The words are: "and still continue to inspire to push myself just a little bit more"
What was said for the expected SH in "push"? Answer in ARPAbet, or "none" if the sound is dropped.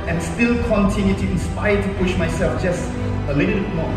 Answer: SH